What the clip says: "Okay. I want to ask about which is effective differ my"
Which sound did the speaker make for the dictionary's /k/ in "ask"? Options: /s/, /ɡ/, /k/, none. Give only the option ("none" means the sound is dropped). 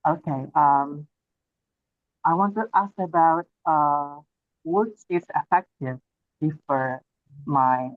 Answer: /k/